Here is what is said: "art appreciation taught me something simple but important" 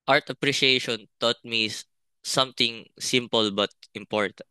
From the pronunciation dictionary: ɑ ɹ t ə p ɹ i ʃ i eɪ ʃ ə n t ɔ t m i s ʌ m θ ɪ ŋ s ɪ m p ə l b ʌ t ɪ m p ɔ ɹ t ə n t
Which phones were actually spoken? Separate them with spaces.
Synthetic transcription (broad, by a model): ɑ ɹ t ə p ɹ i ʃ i eɪ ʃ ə n t ɔ t m i s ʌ m t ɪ ŋ s ɪ m p ə l b ʌ t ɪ m p ɔ ɹ t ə n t